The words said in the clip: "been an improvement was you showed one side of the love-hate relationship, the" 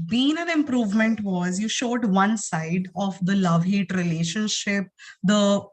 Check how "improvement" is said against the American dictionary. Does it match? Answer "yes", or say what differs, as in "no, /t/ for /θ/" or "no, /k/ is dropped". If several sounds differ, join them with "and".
yes